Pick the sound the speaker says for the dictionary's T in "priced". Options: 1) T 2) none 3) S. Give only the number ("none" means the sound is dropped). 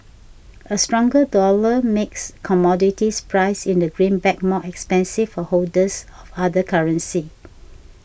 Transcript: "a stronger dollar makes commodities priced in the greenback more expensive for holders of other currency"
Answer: 2